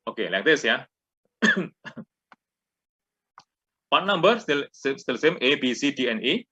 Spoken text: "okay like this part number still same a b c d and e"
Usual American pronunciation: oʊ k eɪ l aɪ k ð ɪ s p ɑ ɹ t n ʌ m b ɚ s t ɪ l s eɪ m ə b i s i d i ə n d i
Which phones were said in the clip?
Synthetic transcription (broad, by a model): oʊ k eɪ l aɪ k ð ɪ s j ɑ w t n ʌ m b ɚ s s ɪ l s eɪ m ə b i s i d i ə n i